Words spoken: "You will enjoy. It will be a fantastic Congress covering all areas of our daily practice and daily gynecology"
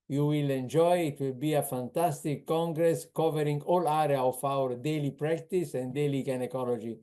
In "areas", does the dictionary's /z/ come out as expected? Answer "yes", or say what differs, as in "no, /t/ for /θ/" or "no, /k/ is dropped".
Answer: no, /z/ is dropped